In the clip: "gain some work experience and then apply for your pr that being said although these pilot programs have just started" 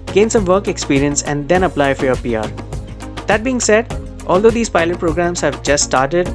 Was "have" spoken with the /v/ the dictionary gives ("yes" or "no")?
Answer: yes